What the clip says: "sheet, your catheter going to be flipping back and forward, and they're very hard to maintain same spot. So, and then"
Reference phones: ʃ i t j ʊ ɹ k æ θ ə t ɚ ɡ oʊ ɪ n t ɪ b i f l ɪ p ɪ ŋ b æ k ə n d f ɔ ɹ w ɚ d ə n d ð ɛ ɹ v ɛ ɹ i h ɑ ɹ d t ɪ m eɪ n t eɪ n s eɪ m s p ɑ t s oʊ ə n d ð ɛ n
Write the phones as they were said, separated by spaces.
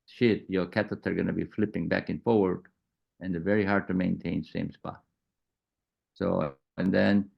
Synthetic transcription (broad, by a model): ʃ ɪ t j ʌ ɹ k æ t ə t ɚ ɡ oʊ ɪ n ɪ b i f l ɪ p ɪ ŋ b æ k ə n f ɔ ɹ w ɚ d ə n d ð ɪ v ɛ ɹ i h ɑ ɹ d t ɪ m eɪ n t eɪ n s eɪ m s p ɑ t s oʊ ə n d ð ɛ n